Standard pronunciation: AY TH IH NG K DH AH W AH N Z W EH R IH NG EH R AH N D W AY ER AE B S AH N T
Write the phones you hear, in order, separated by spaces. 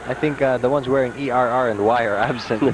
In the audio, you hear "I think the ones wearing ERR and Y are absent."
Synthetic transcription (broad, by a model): AY TH IH NG K DH AH W AH N Z W EH R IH NG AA R AH N D W AY ER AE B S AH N